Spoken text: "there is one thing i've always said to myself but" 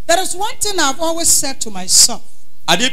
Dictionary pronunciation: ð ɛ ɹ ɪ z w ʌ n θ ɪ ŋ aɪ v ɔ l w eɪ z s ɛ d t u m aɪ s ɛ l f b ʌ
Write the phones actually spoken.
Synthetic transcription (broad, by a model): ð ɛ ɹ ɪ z w ʌ n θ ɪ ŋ aɪ v ɔ l w eɪ z s ɛ d t u m aɪ s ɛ f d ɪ